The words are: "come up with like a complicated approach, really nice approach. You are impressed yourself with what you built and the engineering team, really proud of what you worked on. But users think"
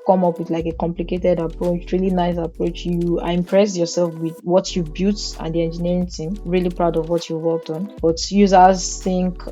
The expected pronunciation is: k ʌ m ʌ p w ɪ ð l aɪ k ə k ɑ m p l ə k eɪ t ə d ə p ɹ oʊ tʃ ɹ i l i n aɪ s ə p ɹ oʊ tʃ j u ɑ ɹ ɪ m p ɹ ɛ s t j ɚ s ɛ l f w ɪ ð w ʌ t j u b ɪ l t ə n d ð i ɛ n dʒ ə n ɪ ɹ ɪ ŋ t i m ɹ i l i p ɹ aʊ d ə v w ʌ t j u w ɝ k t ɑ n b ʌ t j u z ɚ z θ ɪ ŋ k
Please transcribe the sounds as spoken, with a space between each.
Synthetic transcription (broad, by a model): k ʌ m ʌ p w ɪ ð l aɪ k ə k ɑ m p l ə k eɪ t ə d ə p ɹ oʊ tʃ ɹ i l i n aɪ s ə p ɹ oʊ tʃ j u ɑ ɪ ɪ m p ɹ ɛ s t j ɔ s ɛ l f w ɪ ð w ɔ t j u b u t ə n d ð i ɛ n dʒ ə n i ɹ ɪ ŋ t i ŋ ɹ i l i p ɹ aʊ d ə v w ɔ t j u w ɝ k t ɑ n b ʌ t j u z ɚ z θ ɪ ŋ k